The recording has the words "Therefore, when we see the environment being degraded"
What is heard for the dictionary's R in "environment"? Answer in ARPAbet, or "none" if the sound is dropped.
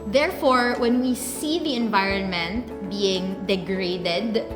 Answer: R